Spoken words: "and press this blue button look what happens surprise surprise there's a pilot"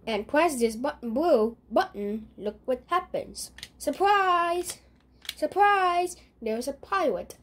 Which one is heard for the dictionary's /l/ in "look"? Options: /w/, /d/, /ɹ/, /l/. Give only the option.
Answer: /l/